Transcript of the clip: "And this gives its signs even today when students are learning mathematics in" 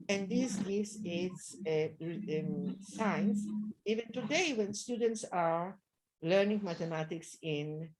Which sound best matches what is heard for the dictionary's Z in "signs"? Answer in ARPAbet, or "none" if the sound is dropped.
S